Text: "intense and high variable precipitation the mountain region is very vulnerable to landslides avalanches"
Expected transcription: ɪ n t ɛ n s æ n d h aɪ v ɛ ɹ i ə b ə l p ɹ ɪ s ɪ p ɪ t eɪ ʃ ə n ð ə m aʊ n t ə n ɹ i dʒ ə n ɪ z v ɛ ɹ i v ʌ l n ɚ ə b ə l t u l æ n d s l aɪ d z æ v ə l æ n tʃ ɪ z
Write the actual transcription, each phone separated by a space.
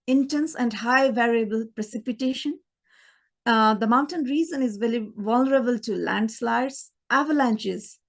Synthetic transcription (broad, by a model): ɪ n t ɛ n s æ n d h aɪ v ɛ ɹ i ə b ə l p ɹ ɪ s ɪ p ɪ t eɪ ʃ ə n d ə m aʊ n t ə n ɹ i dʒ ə n ɪ z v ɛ l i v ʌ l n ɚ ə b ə l t u l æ n d s l aɪ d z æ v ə l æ n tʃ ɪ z